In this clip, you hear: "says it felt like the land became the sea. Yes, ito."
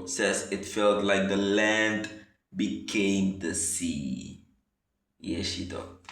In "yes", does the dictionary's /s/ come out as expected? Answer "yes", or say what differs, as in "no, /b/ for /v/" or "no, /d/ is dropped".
no, /ʃ/ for /s/